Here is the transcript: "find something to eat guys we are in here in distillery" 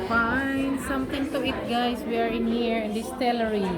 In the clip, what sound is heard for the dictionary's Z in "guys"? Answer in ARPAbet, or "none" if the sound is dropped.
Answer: S